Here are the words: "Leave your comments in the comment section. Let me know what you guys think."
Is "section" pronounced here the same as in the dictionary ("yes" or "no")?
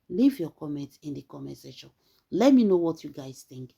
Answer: no